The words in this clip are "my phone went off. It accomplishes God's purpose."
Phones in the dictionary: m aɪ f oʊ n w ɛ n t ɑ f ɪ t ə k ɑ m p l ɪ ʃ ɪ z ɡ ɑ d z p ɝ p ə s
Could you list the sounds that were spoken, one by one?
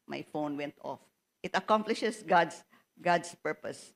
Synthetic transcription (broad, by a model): m aɪ f oʊ n w ɛ n t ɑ f ɪ t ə k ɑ m p l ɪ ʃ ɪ s ɡ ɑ d s p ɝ p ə s